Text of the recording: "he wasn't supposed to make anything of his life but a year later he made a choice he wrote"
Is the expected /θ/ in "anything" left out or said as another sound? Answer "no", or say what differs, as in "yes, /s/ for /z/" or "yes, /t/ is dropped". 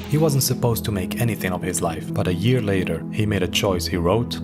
no